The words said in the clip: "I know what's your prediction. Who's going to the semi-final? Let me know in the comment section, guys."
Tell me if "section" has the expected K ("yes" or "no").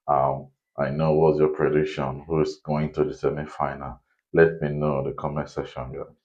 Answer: no